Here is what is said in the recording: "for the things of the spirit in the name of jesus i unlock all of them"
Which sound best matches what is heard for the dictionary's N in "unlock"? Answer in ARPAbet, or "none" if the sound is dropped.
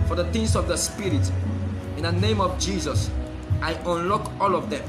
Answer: N